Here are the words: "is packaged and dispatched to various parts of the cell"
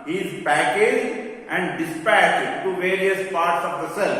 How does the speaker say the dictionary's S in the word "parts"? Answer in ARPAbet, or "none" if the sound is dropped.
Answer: S